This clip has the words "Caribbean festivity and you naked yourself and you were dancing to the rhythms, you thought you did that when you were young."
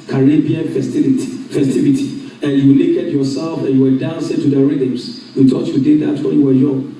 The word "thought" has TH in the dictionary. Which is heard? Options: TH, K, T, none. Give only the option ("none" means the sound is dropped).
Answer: T